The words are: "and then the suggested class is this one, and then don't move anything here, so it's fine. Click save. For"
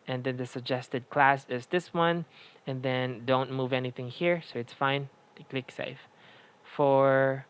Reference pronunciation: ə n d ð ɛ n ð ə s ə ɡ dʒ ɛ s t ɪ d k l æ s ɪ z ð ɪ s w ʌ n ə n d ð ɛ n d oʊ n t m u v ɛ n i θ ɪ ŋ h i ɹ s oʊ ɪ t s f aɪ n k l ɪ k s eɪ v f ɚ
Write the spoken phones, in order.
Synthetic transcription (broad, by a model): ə n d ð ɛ n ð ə s ə ɡ dʒ ɛ s t ɪ d k l æ s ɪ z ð ɪ s w ʌ n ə n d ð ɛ n d oʊ n t m u v ɛ n i θ ɪ ŋ h i ɹ s oʊ ɪ t s f aɪ n k l ɪ k s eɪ f f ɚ